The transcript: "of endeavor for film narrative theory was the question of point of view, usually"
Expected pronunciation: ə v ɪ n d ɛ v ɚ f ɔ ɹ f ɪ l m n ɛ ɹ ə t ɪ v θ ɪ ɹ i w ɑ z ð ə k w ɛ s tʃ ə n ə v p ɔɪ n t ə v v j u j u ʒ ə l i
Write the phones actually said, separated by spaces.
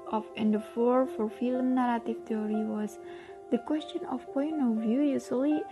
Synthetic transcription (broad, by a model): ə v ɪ n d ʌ f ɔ f ɔ ɹ f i l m n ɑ ɹ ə t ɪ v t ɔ ɹ i w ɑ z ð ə k w ɛ s tʃ ə n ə f p ɔɪ n t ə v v j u j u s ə l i